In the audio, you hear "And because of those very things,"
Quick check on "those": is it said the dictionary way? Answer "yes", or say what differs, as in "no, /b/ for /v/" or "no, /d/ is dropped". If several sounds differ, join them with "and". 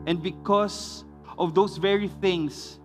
no, /s/ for /z/